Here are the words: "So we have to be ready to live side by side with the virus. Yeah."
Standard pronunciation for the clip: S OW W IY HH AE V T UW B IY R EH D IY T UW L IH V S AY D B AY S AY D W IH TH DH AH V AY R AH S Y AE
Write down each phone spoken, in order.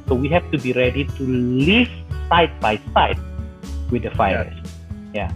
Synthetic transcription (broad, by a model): S OW W IY HH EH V T UW B IY R EH D IY T UW L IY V S AY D B AY S AY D W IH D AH F AY AH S Y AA